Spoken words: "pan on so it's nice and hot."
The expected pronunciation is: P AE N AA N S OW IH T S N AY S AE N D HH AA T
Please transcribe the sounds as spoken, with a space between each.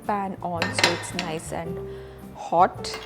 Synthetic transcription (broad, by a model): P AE N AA L S OW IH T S N AY S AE N D HH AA T